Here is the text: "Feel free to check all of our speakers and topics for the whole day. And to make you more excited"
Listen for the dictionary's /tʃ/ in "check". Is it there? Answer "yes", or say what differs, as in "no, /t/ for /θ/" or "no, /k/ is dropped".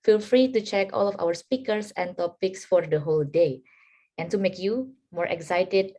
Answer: yes